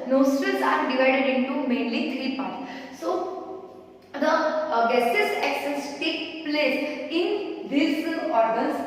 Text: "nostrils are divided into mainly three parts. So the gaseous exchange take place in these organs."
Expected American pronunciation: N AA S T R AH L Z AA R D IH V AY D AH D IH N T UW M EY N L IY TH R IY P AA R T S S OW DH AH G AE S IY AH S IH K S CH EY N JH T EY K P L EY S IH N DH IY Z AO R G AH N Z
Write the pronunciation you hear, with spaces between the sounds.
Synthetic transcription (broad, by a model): N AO S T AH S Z AA R D IH V AY D AH D IH N T UW M EY N L IY T R IY P AA R T S S OW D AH G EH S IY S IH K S EY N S T EY K P L EY S IH N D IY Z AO R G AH N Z